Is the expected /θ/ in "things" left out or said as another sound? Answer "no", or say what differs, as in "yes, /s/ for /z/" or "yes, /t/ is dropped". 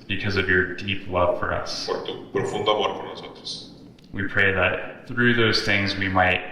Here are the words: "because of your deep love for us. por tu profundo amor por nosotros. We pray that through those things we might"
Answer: no